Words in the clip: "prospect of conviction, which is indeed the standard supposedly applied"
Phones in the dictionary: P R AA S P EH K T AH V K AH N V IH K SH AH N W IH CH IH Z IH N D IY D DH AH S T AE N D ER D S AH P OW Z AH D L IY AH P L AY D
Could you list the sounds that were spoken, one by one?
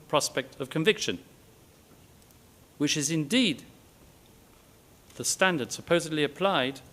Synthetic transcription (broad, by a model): P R AA S P EH K T AH V K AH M V IH K SH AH N W IH CH IH Z IH N D IY D DH AH S T AE N D ER D S AH P OW Z AH D L IY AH P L AY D